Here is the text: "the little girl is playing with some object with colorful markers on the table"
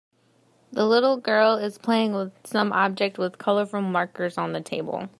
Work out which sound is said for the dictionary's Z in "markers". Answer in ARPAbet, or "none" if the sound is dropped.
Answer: Z